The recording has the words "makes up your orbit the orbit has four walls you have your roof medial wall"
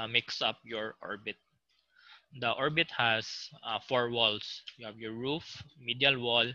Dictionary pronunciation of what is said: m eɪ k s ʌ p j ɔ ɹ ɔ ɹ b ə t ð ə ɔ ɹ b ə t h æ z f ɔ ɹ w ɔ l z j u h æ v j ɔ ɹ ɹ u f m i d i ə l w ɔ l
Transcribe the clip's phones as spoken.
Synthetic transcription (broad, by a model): m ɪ k s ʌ p j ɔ ɹ ɔ ɹ b ə t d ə ɔ ɹ b ə t h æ s f ɔ ɹ w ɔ l s j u h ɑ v j ɔ ɹ ɹ u f m i d i ə l w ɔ l